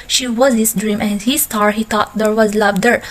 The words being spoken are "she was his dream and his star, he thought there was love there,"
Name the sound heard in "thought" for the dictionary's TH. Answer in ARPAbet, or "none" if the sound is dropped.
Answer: T